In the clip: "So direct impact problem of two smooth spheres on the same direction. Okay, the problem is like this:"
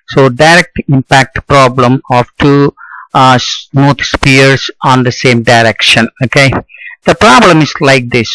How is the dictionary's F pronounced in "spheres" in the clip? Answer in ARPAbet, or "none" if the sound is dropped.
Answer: P